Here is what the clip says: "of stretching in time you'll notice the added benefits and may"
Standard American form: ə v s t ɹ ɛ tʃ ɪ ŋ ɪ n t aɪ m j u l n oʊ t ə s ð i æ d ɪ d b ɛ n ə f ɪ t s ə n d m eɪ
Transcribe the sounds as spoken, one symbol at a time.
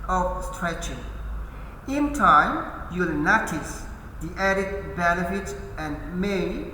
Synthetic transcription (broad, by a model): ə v s t ɹ ɛ tʃ ɪ ŋ ɪ n t aɪ m j u l n oʊ t ə s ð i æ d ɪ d b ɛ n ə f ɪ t ə n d m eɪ